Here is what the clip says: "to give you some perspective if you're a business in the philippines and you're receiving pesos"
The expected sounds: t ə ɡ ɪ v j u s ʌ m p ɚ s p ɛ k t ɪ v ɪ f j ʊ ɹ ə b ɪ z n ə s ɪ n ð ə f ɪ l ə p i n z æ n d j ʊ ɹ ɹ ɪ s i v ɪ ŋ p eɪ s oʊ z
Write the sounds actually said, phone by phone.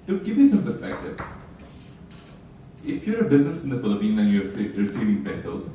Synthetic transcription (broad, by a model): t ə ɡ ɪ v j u s ʌ m p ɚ s p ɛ k t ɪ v ɪ f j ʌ ɹ ə b ɪ z n ə s ɪ n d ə f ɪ l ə p i n æ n j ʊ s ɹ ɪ s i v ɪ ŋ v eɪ s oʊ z